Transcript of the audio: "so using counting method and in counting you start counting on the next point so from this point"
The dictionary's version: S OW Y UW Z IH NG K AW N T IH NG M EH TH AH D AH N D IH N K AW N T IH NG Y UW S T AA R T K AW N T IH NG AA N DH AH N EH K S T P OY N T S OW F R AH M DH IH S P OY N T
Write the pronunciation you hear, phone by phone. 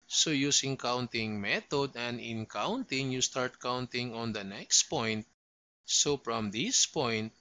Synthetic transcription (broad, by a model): S OW Y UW S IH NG K AW N T IH NG M EH T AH D AH N D IH N K AW N T IH NG Y UW S T AA R T K AW N T IH NG AA N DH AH N EH K S T P OY N T S OW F R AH M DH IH S P OY N T